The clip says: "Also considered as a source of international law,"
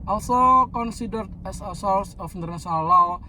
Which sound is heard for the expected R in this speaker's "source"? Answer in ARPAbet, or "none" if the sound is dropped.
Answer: L